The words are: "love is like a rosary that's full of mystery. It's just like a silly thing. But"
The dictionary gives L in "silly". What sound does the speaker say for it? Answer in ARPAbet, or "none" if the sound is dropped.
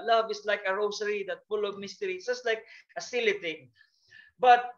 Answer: L